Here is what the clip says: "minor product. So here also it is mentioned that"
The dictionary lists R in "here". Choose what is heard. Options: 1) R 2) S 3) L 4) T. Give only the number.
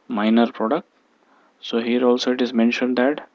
1